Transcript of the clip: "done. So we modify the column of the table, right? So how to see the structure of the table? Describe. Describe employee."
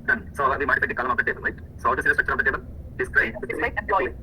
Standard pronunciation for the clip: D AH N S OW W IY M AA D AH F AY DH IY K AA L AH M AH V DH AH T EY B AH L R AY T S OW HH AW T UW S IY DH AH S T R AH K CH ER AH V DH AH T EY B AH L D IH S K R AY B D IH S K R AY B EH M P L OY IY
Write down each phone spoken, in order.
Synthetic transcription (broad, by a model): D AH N S OW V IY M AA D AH P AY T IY K AA L AH M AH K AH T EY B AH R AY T S OW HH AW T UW S IY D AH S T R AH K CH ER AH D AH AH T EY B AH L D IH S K R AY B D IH K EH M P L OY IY